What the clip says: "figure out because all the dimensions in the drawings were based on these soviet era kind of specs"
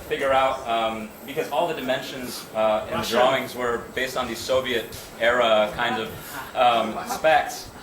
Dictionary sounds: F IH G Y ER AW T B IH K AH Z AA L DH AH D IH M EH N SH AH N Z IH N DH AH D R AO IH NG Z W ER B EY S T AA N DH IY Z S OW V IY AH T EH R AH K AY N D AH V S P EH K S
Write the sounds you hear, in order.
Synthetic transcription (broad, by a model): F IH G Y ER AW T B IH K AH Z AA L DH AH D IH M EH N SH AH N Z IH N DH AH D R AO IH NG Z W ER B EY S T N DH IY Z S OW V IY AH T EH R AH K AY N D AH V S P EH K S